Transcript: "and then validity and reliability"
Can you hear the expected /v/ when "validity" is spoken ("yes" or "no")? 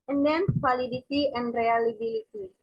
no